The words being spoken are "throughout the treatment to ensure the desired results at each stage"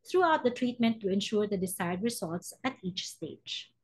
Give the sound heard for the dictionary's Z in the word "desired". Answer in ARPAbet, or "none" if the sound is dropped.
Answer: S